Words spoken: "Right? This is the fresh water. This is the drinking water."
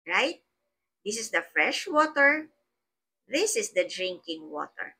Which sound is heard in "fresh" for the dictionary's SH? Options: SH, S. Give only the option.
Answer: SH